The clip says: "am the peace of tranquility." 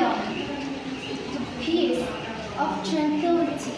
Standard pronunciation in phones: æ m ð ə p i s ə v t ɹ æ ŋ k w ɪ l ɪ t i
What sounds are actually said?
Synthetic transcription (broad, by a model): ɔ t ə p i ə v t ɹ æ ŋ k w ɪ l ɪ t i